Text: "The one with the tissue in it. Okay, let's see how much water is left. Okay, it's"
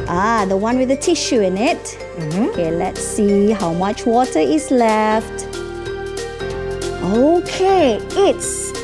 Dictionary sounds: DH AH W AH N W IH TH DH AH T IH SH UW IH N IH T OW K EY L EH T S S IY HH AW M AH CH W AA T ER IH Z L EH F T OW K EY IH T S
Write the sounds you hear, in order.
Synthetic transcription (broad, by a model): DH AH W AH N W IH DH AH T IH SH UW IH N IH T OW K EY L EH T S S IY HH AW M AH CH W AA T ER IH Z L EH F T OW K EY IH T S